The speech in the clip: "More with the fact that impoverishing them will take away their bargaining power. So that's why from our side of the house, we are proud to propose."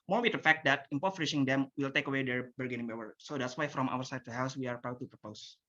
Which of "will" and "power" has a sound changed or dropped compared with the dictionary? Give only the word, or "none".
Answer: power